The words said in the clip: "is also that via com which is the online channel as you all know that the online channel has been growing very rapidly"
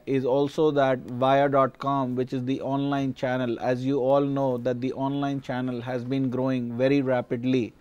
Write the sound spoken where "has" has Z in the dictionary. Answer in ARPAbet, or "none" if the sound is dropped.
Z